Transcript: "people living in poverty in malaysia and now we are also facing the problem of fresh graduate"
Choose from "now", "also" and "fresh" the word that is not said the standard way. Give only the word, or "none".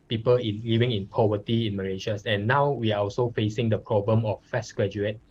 fresh